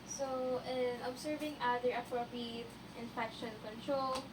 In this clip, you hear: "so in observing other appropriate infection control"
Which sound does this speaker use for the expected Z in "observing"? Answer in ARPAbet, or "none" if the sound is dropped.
S